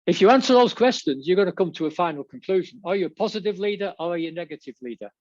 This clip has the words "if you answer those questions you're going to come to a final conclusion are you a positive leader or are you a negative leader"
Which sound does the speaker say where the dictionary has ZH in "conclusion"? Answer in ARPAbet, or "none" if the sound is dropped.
ZH